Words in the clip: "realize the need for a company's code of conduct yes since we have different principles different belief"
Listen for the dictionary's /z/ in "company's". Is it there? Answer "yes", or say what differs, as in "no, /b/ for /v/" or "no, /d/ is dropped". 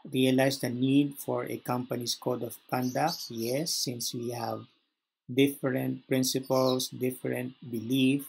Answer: no, /s/ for /z/